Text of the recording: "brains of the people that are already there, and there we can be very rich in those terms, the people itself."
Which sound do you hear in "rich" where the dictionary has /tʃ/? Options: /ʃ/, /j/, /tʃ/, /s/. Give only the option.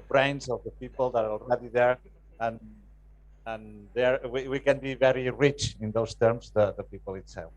/tʃ/